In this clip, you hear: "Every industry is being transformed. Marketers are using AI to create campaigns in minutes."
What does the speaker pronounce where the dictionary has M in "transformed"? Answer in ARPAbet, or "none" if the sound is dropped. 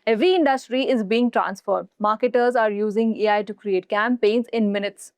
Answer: none